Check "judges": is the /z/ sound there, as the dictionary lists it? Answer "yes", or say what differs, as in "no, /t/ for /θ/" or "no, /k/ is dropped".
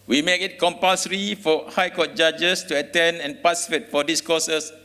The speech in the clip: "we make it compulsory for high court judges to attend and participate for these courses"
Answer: no, /s/ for /z/